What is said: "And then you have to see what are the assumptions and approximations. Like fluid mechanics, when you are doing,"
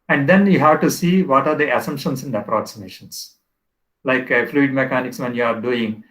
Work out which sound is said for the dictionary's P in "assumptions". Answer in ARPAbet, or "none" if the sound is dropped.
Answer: none